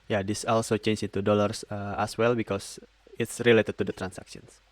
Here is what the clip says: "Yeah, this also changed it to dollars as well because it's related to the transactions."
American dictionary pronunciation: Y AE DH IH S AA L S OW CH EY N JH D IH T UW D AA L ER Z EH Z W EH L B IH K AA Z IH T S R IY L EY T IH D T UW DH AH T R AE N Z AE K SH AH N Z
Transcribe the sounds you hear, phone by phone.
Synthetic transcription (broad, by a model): Y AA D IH S AA L S OW CH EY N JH IH T UW D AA L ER S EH S W EH L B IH K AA S IH T S R IY L EY T IH D T UW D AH T R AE N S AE K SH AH N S